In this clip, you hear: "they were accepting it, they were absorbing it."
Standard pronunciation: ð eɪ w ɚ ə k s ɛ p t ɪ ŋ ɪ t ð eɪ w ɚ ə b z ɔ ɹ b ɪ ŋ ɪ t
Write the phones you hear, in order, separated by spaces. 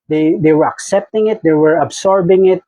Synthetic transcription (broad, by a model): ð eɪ w ɚ ə k s ɛ p t ɪ ŋ ɪ t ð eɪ w ɚ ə b s ɔ ɹ b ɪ ŋ ɪ t